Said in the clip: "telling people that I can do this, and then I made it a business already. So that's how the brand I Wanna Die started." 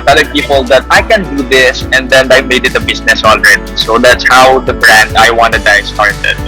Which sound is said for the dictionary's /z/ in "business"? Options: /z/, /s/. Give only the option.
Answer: /s/